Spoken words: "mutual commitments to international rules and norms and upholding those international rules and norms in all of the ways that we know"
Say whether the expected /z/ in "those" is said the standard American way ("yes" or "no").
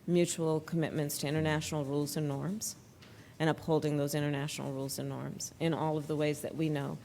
yes